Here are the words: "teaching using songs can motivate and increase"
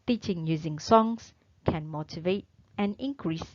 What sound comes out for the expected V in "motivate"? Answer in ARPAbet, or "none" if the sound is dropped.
V